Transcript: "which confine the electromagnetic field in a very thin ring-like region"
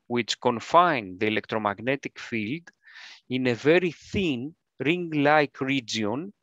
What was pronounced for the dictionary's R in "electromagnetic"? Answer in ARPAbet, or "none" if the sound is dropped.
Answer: R